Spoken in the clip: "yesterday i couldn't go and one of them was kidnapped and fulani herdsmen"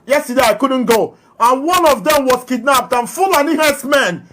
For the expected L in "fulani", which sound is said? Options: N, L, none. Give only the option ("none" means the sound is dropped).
L